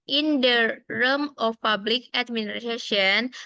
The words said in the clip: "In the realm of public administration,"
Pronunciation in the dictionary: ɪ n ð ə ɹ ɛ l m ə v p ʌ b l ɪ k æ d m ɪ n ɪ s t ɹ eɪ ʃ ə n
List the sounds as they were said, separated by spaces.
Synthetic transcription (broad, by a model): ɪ n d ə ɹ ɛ m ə f p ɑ b l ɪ k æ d m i n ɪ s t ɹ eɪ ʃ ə n